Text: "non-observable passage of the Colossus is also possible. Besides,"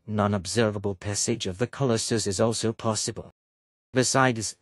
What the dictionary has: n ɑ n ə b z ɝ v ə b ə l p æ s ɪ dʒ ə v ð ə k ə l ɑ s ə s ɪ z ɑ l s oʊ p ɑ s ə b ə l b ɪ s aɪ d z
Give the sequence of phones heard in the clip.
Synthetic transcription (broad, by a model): n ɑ n ə b z ɝ v ə b ə l p æ s ɪ dʒ ə v ð ə k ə l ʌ s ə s ɪ z ɑ l s oʊ p ɑ s ə b ə l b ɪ s aɪ d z